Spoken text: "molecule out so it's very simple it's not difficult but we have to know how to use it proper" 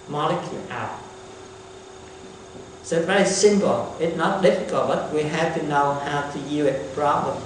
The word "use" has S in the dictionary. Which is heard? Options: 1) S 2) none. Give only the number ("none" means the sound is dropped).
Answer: 2